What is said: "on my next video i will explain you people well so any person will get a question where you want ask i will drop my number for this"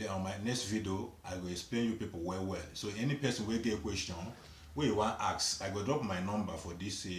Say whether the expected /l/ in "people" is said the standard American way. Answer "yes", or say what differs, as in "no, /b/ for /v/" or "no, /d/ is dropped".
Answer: no, /w/ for /l/